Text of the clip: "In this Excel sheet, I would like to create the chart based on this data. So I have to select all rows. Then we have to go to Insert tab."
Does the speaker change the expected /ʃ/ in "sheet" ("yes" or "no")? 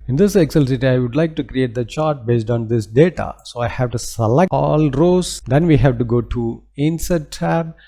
yes